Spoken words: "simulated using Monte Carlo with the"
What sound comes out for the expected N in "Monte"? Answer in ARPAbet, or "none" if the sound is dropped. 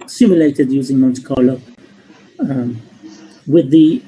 N